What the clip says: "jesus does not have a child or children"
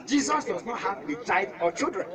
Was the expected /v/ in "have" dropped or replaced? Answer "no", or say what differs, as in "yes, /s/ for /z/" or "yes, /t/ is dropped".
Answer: yes, /b/ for /v/